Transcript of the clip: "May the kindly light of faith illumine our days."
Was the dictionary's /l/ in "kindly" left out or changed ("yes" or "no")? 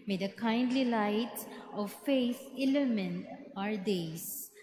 no